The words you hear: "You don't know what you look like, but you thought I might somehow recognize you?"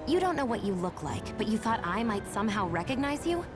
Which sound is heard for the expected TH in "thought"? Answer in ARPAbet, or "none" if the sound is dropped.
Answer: TH